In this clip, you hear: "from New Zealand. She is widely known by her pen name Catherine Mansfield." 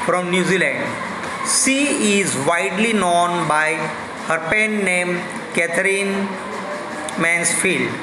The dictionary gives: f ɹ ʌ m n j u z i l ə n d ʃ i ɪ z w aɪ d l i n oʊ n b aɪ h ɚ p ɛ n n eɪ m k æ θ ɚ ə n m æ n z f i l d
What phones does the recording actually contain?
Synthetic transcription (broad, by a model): f ɹ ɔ m n j u z i l ə n d s i ɪ z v aɪ d l i n oʊ n b aɪ h ɚ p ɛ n n eɪ m k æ t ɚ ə n m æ n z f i l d